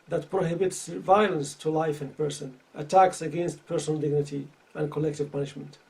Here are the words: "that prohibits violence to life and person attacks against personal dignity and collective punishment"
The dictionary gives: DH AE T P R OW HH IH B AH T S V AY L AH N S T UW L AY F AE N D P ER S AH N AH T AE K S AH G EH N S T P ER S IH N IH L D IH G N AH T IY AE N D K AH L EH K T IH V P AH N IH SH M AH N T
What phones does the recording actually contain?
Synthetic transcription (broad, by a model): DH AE T P R OW HH IH B AH T S V AY L AH N S T UW L AY F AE N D P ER S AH N AH T AE K S AH G EH N S T P ER S IH N IH L D IH G N AH T IY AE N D K AH L EH K T IH V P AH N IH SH M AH N T